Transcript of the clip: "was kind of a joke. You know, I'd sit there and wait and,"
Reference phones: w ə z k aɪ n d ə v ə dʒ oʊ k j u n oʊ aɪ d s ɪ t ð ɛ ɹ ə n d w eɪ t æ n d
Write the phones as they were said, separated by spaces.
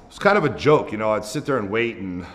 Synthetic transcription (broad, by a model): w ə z k aɪ n d ə v ə dʒ oʊ k j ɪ n oʊ aɪ d s ɪ t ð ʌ ɹ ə n w eɪ t n